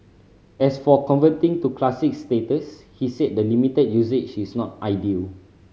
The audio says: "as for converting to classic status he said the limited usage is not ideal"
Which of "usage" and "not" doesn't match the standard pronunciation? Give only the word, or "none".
usage